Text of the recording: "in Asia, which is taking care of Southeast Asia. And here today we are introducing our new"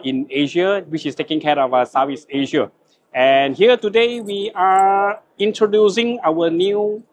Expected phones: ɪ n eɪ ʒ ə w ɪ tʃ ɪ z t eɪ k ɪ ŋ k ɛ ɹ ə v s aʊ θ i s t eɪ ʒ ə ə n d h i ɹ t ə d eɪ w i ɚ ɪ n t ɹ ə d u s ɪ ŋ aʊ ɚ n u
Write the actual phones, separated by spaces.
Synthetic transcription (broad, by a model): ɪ n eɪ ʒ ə w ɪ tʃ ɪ s t eɪ k ɪ ŋ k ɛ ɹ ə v s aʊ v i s eɪ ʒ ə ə n h i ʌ t ə d eɪ w i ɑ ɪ n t ɹ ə d u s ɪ ŋ aʊ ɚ n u